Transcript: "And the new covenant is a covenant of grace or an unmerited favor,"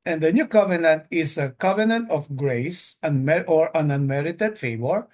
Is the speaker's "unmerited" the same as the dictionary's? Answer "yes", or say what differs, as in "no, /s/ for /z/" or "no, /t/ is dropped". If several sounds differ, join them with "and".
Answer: yes